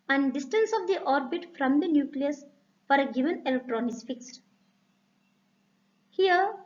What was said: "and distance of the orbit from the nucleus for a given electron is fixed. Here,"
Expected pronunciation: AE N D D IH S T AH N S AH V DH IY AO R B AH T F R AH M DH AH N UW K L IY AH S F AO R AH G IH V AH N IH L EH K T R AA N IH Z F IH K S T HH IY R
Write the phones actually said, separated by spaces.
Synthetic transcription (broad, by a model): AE N D D IH S T AH N S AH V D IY AO R B AH T F R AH M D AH N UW K L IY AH S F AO R AH G IH V AH N IH L EH K T R AA N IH S F IH K S T HH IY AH